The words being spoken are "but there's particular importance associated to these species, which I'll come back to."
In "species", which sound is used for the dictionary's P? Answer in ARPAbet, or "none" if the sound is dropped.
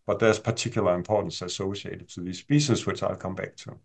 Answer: B